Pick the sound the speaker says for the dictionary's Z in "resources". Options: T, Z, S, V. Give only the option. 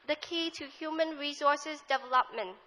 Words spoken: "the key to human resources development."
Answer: S